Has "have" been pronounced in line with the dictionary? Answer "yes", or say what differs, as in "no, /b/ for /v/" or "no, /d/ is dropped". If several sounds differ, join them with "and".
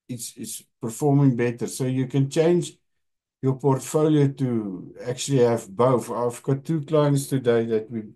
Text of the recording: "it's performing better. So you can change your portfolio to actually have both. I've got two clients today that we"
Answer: yes